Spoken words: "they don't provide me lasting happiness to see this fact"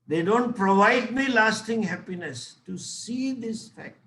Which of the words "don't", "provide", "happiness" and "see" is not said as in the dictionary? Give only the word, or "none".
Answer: none